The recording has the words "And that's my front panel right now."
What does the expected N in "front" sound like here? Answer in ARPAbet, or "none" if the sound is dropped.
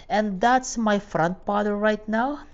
N